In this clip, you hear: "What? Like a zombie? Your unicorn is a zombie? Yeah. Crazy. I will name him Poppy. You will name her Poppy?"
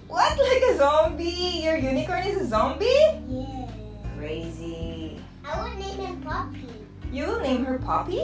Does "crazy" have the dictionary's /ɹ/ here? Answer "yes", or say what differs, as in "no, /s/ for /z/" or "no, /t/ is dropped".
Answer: yes